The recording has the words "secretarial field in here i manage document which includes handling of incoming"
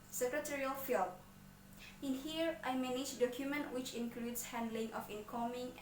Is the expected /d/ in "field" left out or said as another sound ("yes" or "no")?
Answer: yes